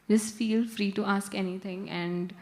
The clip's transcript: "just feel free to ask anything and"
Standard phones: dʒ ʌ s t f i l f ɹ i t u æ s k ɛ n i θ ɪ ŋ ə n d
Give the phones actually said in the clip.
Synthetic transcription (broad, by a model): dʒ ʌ s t f i l f ɹ i t u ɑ s k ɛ n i t ɪ ŋ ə n d